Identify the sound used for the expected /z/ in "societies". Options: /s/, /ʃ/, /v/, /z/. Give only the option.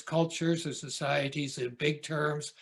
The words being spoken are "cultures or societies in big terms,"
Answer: /z/